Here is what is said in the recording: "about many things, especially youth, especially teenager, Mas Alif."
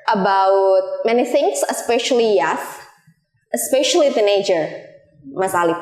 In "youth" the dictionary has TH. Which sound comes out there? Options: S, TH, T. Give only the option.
S